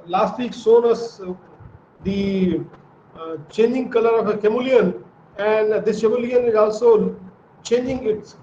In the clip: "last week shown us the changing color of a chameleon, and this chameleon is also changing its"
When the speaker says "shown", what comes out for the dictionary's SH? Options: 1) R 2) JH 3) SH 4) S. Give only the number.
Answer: 4